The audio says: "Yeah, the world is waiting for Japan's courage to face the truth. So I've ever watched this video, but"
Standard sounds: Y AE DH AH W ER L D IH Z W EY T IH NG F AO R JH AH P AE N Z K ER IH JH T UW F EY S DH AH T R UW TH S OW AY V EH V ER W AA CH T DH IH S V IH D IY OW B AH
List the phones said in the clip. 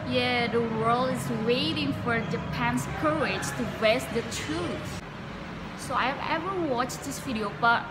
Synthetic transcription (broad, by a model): Y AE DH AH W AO L IH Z W EY T IH NG F AO R JH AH P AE N S K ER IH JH T UW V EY S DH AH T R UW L S OW AY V EH V ER W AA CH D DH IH S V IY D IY OW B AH